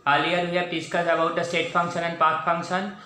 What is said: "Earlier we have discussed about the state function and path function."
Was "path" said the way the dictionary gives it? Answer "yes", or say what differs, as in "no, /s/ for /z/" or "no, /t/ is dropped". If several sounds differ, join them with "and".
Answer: no, /s/ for /θ/